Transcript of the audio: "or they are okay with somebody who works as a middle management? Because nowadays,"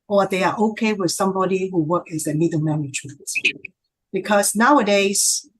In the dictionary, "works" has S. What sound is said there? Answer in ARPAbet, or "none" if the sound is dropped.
none